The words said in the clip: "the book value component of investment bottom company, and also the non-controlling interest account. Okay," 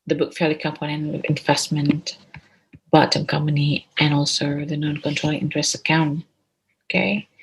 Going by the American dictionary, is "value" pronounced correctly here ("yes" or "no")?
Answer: no